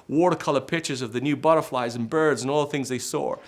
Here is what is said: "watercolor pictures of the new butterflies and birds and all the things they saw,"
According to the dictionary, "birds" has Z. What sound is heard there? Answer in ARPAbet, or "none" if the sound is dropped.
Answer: Z